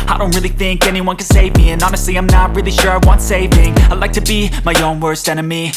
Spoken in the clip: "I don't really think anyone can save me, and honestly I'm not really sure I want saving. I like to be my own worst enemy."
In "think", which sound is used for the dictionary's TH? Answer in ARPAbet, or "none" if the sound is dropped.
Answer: TH